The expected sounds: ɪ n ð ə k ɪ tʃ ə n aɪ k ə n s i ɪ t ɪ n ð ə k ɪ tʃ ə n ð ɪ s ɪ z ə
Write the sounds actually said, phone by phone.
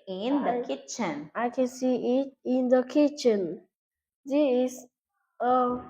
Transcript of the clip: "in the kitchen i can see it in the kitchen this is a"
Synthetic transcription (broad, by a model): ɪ n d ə k ɪ tʃ ə n aɪ k ə n s i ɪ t ɪ n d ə k ɪ tʃ ə n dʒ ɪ ɪ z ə